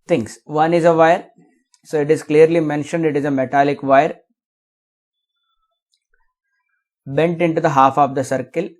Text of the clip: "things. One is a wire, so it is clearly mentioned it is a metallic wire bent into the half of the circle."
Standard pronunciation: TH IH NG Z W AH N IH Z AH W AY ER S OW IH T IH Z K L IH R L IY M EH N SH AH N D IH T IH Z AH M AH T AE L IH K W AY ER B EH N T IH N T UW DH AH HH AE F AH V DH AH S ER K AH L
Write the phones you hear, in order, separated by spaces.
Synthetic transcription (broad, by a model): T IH NG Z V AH N IH Z AH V AY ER S OW IH T IH Z K L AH R L IY M EH N SH AH N D IH T IH Z AH M AH T AE L IH K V AY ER B EH N T IH N T UW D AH HH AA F AH V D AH S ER K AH L